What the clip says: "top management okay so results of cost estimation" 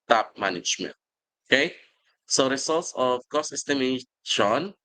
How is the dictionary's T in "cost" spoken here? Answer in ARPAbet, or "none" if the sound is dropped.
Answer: none